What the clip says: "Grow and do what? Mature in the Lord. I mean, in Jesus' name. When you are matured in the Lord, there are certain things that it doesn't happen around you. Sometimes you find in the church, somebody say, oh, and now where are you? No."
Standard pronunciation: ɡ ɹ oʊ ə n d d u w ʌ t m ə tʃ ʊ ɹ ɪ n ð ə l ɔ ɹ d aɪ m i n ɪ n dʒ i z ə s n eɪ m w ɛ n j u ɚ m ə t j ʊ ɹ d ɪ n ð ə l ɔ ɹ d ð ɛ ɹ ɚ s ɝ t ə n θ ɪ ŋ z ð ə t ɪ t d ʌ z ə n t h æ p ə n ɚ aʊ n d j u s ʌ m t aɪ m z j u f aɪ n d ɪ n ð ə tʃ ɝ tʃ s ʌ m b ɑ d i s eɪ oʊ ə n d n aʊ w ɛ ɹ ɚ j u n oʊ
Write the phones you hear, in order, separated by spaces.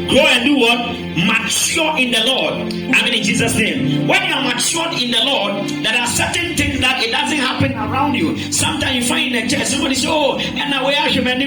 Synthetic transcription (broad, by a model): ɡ ɹ oʊ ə n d d u w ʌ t m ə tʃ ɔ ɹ ɪ n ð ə l ɔ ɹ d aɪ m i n ɪ n dʒ i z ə s n eɪ m w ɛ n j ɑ m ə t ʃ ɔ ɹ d ɪ n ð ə l ɔ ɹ d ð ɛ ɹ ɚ s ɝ t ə n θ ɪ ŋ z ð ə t ɪ t d ʌ z ə n t h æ p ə n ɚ aʊ n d j u s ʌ m t aɪ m j u f aɪ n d ɪ n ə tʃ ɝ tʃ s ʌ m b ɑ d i s eɪ oʊ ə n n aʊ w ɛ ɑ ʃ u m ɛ